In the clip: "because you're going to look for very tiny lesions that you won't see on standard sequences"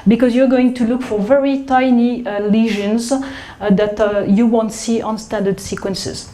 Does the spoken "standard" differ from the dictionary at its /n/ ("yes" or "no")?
no